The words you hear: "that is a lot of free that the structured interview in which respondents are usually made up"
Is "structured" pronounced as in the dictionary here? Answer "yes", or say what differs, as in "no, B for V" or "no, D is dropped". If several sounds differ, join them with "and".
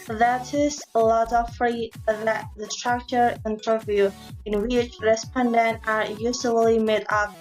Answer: no, D is dropped